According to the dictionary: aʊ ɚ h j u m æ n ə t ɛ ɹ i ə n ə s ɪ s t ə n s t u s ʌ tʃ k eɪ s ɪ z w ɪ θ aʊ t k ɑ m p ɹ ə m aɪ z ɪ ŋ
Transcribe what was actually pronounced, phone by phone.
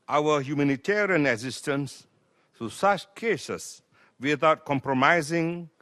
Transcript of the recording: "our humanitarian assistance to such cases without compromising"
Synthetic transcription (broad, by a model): aʊ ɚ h j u m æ n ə t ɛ ɹ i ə n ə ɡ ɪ s t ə n s t u s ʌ tʃ k eɪ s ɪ s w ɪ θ aʊ t k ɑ m p ɹ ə m aɪ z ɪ ŋ